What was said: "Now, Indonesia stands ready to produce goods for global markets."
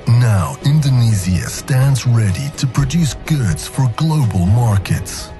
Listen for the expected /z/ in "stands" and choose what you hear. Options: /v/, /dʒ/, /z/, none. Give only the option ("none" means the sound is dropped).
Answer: /z/